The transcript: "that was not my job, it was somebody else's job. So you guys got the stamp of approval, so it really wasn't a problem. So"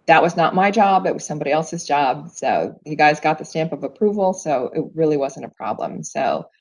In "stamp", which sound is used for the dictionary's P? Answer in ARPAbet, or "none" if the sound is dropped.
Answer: P